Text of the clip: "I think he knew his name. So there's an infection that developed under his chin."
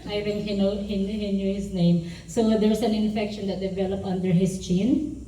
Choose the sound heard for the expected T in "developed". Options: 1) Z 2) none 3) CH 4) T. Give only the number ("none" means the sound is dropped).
2